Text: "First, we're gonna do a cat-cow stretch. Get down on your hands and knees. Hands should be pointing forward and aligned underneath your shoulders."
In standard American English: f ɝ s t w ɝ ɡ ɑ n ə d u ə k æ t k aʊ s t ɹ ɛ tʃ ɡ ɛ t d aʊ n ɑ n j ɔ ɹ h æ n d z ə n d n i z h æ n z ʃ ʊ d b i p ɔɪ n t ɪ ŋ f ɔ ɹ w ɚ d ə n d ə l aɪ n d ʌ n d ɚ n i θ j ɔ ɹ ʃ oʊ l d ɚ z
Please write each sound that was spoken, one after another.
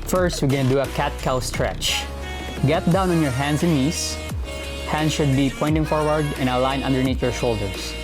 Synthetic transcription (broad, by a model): f ɝ s t w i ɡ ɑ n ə d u ə k æ t k aʊ s t ɹ ɛ tʃ ɡ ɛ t d aʊ n ɑ n j ɔ ɹ h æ n d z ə n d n i s h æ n ʃ ʊ d b i p ɔɪ n t ɪ ŋ f ɔ ɹ w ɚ d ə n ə l aɪ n ʌ n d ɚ n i t j ɔ ɹ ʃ oʊ l d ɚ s